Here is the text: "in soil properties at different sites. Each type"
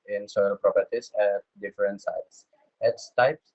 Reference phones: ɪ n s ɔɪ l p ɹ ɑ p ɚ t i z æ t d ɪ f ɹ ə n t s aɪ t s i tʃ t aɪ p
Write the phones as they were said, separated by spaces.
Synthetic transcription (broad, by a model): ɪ n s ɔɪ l p ɹ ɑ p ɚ t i s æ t d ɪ f ɹ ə n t s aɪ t s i s t aɪ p